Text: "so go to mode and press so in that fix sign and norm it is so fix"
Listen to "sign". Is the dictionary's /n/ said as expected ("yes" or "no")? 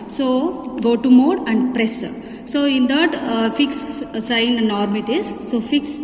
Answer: no